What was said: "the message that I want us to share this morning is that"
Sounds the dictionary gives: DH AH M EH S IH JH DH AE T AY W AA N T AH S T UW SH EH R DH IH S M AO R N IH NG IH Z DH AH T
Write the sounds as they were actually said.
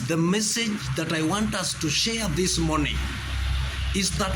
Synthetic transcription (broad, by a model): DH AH M EH S IH JH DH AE T AY W AA N T AH S T UW SH EH R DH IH S M AO R N IH NG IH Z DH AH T